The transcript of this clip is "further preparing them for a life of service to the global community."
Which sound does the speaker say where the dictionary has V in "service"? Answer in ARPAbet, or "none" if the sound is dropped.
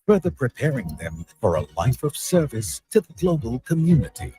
V